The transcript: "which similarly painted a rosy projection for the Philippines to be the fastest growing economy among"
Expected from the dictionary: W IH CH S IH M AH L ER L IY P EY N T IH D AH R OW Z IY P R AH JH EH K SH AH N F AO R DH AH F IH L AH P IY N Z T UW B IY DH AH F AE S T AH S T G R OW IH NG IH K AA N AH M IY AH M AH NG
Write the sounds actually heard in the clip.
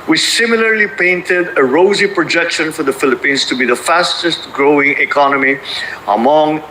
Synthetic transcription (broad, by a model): W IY S IH M AH L ER L IY P EY N T IH D AH R OW Z IY P R AH JH EH K SH AH N F AO R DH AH F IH L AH P IY N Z T UW B IY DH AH F AE S T AH S T G R OW IH NG IH K AA N AH M IY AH M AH NG